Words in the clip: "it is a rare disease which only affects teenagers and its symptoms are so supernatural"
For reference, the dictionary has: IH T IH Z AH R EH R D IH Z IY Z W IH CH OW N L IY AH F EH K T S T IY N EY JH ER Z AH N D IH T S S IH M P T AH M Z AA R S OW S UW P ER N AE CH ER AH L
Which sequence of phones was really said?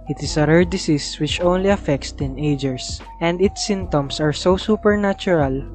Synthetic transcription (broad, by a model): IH T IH S AH R EH R D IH S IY S W IH CH OW N L IY AH F EH K T S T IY N EY JH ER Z AH N D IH T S S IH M T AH M S AA R S OW S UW P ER N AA CH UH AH L